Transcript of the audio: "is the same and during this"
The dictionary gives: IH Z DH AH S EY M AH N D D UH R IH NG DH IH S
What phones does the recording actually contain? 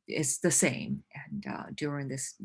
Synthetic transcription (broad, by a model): IH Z DH AH S EY M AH N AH D UH R IH NG DH IH S